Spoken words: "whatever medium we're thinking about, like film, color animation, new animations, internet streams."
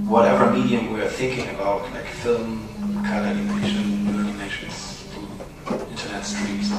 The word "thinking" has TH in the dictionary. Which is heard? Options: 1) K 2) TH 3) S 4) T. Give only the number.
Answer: 2